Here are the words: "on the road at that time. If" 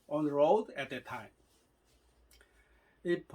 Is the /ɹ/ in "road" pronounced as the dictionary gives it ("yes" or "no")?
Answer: yes